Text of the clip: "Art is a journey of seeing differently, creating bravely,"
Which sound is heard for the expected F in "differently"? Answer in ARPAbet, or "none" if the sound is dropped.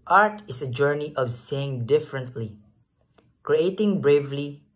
F